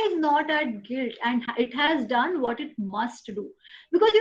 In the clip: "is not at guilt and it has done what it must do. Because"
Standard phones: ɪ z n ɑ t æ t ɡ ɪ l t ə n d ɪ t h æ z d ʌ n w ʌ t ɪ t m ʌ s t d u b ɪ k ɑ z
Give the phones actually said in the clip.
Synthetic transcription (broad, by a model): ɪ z n ɑ t æ t ɡ ɪ l t ə n d ɪ t h æ z d ʌ n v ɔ t ɪ t m ʌ s t d u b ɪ k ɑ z